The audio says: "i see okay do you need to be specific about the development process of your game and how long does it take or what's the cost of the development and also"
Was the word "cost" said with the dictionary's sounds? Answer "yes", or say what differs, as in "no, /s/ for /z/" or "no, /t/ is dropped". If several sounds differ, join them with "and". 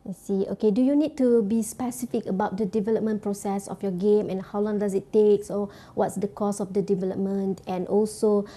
no, /t/ is dropped